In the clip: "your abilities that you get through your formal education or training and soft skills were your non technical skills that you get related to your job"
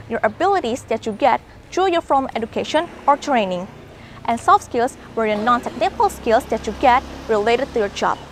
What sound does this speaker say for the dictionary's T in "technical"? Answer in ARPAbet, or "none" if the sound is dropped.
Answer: S